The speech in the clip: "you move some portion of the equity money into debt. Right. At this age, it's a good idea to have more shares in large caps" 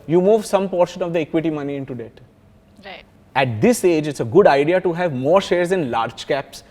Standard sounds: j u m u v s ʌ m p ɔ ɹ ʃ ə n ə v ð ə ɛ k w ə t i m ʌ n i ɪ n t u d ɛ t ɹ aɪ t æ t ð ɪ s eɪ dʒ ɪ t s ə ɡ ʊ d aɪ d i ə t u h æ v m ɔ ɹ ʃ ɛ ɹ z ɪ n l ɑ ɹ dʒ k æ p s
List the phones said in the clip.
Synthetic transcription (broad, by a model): j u m u v s ʌ m p ɔ ɹ ʃ ə n ə v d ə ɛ k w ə t i m ʌ n i ɪ n t u d ɛ t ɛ t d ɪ s eɪ dʒ ɪ t s ə ɡ ʊ d aɪ d i ə t u h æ v m ɔ ɹ ʃ ɛ ɹ z ɪ n l ɑ ɹ dʒ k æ p s